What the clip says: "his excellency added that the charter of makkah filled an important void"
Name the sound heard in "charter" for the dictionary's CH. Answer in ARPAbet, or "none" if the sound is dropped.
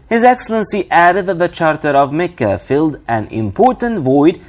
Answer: CH